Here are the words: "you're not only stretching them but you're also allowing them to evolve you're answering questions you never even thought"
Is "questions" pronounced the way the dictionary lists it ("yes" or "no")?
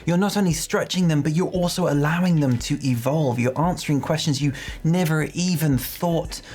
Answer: yes